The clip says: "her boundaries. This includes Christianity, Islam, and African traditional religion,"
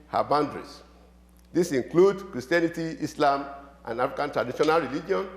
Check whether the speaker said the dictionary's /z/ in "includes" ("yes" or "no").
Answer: no